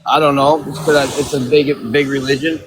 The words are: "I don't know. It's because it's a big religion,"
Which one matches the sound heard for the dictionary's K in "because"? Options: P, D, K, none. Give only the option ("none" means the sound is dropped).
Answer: none